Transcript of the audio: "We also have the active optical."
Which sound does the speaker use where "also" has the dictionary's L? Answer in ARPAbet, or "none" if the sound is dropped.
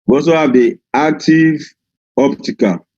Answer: none